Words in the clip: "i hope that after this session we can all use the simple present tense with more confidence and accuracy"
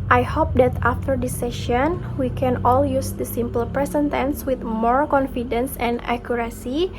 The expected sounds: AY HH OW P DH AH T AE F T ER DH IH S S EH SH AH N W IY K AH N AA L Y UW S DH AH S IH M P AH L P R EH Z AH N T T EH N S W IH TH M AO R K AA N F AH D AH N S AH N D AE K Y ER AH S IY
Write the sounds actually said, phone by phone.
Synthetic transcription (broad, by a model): AY HH OW P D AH T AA F T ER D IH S S EH SH AH N W IY K AH N AA L Y UW S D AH S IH M P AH L P R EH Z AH N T T EH N S W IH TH M AO R K AA N F AH D AH N S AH N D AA K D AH S IY